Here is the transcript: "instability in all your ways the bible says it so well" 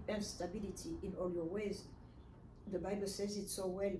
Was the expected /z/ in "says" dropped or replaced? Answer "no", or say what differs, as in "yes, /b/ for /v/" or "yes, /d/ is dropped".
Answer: no